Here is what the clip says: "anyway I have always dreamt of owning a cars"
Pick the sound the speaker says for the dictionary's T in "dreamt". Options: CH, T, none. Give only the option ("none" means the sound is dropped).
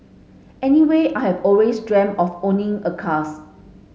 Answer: none